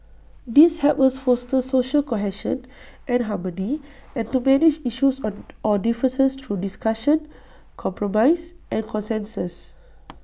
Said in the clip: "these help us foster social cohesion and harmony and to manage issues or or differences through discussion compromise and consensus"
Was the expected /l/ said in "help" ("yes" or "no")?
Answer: no